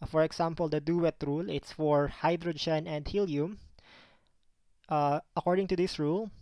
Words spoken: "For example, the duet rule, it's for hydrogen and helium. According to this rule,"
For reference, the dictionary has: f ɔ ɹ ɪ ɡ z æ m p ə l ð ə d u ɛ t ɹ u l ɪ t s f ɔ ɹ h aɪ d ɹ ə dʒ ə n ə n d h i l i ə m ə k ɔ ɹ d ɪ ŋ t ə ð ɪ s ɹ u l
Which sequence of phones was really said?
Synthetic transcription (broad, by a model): f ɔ ɹ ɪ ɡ s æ m p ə l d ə d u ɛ t ɹ u l ɪ t s f ɔ ɹ h aɪ d ɹ ə dʒ ə n ə n d h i l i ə m ə k ɔ ɹ d ɪ ŋ t ə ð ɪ s ɹ u l